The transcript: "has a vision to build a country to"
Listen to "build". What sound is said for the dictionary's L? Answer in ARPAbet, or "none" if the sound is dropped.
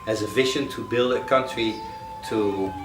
L